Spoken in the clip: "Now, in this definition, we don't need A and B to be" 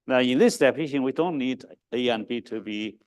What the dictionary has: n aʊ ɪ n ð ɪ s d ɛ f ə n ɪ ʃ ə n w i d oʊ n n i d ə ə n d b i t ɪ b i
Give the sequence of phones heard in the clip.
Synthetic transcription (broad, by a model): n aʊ ɪ n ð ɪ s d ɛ p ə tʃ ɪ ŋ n w i d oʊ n n i d ə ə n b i t ɪ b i